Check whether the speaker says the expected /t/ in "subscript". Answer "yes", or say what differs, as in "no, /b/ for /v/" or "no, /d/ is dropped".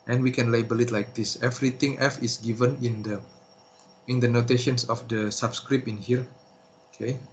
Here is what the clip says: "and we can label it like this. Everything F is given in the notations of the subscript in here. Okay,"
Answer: no, /t/ is dropped